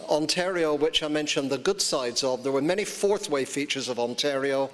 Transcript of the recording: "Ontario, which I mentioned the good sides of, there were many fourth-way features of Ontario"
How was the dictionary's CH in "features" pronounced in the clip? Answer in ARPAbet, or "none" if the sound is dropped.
CH